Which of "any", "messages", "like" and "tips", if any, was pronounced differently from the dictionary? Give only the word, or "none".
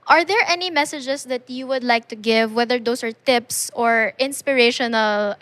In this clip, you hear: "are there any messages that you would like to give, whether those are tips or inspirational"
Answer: messages